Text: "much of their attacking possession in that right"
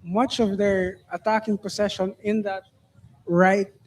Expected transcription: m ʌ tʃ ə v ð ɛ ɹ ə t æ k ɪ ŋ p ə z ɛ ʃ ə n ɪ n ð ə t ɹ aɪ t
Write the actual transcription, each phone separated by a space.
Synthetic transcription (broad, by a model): m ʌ tʃ ə v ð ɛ ɹ ə t æ k ɪ ŋ p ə s ɛ ʃ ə n ɪ n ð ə t ɹ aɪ t